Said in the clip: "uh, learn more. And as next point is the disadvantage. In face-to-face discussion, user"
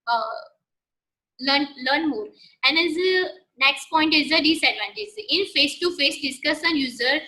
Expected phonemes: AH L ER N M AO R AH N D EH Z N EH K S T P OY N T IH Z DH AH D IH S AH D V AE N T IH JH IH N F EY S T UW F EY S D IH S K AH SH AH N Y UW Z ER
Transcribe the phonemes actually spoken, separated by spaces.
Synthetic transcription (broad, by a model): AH L ER N M AO R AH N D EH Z N EH K S T P OY N T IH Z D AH D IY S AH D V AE N T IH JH IH N F EY S T UW F EY S D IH S K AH S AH N Y UW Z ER